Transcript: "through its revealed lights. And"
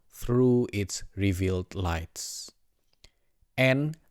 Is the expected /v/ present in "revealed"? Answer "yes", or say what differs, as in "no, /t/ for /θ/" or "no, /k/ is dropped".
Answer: yes